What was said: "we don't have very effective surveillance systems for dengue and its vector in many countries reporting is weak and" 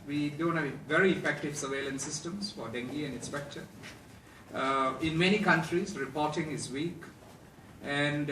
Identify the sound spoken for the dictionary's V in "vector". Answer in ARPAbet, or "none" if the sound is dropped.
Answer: P